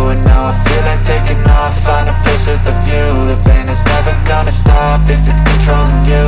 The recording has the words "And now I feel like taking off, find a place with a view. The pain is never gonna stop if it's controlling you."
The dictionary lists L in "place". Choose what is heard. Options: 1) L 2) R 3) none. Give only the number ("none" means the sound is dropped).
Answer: 3